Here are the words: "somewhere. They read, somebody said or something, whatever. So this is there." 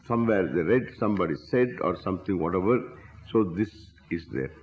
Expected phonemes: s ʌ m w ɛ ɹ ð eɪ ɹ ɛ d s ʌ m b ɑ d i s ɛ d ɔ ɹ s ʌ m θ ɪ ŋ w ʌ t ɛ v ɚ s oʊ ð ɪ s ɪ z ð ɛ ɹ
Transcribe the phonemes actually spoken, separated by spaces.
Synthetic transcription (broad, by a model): s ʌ m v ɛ ɹ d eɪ ɹ ɛ d s ʌ m b ɑ d i s ɛ d ɔ ɹ s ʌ m t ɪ ŋ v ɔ t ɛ v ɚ s oʊ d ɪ s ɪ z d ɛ ɹ